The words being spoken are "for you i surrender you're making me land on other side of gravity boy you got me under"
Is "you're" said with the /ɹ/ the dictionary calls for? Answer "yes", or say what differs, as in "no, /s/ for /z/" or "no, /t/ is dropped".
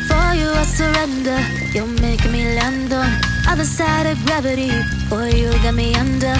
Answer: no, /l/ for /ɹ/